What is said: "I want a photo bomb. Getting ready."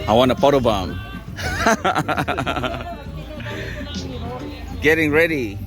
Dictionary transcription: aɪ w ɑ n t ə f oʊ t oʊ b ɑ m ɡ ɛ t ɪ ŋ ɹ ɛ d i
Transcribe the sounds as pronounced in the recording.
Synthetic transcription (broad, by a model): aɪ w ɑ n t ə p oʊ t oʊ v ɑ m ɡ ɛ t ɪ ŋ ɹ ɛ d i